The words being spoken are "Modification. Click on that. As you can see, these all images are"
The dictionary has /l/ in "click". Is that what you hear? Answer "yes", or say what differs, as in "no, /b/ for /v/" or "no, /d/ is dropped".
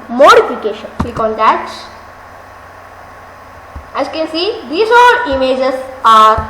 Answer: no, /l/ is dropped